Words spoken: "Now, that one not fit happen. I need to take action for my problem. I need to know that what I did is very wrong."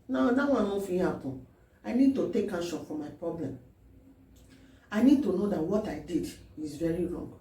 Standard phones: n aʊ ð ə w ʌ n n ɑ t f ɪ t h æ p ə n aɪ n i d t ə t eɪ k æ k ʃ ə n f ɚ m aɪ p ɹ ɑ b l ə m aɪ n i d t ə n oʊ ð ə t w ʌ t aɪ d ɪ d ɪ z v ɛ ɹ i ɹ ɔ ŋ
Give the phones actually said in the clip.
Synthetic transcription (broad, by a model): n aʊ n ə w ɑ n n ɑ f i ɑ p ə aɪ n i d t ə t eɪ k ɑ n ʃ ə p f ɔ m aɪ p ɹ ɑ b l ə m aɪ n i d t ə n oʊ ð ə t w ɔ t aɪ d ɪ d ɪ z v ɛ ɹ i ɹ ɔ ŋ